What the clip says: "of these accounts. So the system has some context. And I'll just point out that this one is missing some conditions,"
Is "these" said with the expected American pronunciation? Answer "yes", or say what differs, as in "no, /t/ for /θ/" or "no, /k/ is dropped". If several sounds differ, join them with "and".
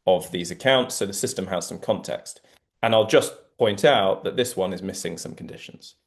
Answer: yes